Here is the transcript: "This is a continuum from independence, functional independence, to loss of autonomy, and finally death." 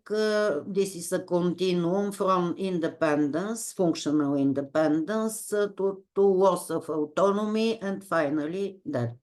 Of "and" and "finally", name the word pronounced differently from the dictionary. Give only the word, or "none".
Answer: none